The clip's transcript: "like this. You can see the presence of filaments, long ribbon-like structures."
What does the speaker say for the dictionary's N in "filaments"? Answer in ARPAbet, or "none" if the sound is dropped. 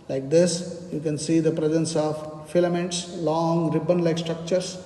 N